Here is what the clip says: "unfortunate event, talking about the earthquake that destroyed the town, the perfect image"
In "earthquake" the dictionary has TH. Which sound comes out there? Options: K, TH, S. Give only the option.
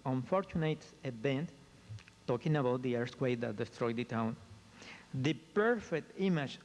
S